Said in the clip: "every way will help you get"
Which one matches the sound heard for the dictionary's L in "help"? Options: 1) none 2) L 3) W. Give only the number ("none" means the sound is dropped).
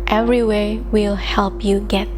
2